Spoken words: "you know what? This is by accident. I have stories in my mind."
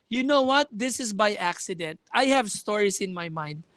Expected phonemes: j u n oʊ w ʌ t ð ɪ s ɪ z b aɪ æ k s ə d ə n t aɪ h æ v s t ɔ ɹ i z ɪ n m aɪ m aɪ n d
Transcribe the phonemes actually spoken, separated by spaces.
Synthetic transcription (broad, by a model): j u n oʊ w ʌ t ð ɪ s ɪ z b aɪ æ k s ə d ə n t aɪ h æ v s t ɔ ɹ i s ɪ n m aɪ m aɪ n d